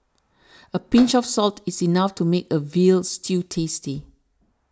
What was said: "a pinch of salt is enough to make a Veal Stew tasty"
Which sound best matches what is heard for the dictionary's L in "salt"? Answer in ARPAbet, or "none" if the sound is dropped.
L